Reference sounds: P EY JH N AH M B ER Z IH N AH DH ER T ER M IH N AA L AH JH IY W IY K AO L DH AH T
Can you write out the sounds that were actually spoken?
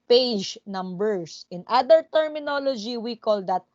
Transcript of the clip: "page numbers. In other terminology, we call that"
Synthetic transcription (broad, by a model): P EY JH N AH M B ER S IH N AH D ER T ER M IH N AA L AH JH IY W IY K AO L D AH T